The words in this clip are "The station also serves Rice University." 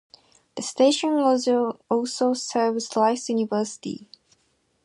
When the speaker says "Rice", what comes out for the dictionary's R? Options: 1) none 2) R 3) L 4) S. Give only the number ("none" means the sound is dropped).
3